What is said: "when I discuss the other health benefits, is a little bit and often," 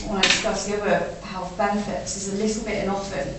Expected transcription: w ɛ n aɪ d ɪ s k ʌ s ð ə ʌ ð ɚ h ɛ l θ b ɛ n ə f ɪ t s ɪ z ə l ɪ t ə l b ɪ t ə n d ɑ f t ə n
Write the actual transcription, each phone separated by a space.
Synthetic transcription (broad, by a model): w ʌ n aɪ d ɪ s k ʌ s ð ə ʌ ɑ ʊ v b ɛ n ə f ɪ t s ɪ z ə l ɪ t l b ɪ t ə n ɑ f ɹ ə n